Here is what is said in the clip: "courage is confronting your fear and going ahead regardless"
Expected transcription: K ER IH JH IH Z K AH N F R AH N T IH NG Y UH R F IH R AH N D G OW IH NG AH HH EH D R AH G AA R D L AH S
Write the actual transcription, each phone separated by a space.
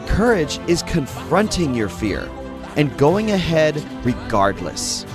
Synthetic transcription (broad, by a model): K ER IH JH IH Z K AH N F R AH N T IH NG Y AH R F IH R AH N G OW IH NG AH HH EH D R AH G AA R D L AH S